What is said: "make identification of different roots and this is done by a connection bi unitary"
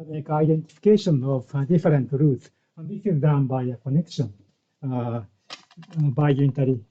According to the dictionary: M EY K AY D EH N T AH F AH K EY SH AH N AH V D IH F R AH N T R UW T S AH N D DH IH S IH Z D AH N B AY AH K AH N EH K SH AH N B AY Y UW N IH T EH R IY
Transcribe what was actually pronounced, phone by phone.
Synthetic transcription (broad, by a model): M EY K AY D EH N T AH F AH K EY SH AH N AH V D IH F R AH N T R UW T AH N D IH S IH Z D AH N B AY AH K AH N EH K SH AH N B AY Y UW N T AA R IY